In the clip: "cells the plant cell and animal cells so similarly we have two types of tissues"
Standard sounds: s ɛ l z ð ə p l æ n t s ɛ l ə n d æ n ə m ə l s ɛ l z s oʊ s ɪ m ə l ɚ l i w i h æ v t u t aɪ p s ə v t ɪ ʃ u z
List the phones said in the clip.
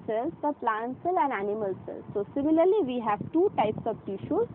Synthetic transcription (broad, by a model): s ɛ l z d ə p l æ n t s ɛ l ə n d æ n ə m ə l s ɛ l s oʊ s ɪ m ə l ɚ l i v i h æ v t u t aɪ p s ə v t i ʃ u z